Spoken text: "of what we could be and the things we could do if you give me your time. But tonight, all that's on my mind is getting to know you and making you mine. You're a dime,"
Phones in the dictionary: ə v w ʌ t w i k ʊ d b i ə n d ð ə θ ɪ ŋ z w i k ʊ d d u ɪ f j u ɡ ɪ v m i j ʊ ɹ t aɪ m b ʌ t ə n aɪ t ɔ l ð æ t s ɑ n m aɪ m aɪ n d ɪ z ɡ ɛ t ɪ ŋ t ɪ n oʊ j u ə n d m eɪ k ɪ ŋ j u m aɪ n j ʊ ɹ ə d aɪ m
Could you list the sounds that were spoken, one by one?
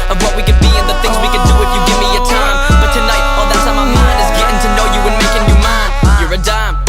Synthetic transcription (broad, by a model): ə v w ʌ t w i k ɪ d b i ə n ð ə θ ɪ ŋ z w i k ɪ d d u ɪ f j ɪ ɡ ɪ v m i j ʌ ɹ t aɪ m b ʌ t ə n aɪ t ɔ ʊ ð æ t s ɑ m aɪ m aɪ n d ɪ s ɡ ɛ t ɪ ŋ t ɪ n oʊ j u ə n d m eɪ k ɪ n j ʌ m aɪ n j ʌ ɹ ə d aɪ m